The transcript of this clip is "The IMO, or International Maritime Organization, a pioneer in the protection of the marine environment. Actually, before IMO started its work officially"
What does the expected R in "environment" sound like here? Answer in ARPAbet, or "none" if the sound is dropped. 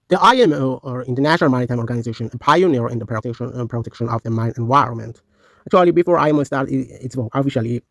R